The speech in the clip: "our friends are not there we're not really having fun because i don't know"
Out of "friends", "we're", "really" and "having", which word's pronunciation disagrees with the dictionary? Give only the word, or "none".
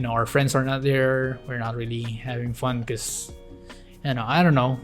friends